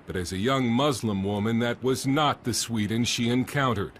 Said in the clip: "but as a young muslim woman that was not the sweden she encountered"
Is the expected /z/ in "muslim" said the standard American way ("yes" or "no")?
yes